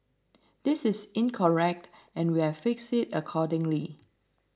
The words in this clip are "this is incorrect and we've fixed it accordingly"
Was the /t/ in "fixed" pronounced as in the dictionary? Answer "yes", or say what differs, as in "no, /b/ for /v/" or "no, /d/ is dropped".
no, /t/ is dropped